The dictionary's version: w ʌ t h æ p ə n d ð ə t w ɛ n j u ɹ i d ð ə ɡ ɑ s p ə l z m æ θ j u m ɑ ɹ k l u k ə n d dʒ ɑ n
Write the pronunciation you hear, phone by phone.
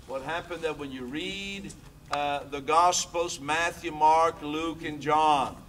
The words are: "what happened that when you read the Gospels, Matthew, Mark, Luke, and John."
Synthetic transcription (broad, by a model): w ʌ t h æ p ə n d ð ə t w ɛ n j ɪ ɹ i d ð ə ɡ ɑ s p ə l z m æ θ j u m ɑ ɹ k l u k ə n dʒ ɑ n